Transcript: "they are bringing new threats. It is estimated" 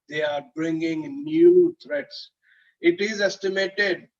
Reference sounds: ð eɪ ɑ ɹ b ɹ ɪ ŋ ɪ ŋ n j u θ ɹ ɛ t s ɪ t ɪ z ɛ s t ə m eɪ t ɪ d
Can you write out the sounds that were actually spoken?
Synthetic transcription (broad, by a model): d eɪ ɑ ɹ b ɹ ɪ ŋ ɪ ŋ n j u t ɹ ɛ t s ɪ t ɪ z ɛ s t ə m eɪ t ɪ d